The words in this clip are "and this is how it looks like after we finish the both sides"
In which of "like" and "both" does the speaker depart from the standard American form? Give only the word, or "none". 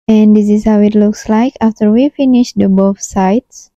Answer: both